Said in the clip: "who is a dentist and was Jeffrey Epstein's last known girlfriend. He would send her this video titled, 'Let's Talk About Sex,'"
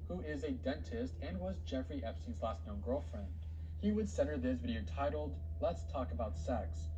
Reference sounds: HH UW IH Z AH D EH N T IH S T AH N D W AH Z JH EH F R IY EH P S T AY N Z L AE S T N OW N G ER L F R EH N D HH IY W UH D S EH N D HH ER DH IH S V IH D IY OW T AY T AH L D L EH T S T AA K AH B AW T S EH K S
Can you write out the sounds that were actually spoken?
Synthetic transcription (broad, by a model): HH UW IH Z AH D EH N T IH S T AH N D W AH Z JH EH F R IY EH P S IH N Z L AE S T N OW N G ER L F R EH N D HH IY W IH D S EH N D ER DH IH S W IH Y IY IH T AY T L D L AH T S T AA K AH B AW T S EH K S